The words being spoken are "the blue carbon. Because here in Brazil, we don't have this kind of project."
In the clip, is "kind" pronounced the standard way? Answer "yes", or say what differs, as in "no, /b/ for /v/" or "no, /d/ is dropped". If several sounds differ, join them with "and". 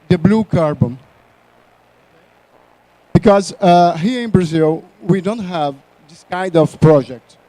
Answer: yes